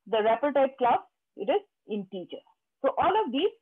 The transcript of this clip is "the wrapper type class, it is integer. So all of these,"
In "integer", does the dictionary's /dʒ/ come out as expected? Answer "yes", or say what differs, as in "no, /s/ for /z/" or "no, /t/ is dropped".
no, /tʃ/ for /dʒ/